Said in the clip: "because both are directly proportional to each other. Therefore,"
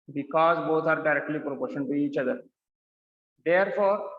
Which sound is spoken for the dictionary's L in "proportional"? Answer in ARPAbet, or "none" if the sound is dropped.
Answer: N